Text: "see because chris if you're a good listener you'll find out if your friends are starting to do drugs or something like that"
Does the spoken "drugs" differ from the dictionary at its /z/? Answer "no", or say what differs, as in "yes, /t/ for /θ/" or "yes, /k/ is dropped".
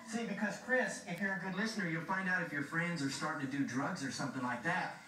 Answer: no